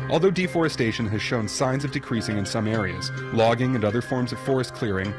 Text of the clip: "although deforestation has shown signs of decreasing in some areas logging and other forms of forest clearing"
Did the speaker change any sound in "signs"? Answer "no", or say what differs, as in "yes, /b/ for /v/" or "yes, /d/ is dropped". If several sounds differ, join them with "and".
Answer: no